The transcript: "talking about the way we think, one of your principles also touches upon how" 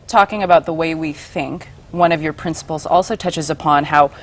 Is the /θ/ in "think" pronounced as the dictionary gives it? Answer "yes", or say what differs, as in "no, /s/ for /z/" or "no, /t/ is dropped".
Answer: yes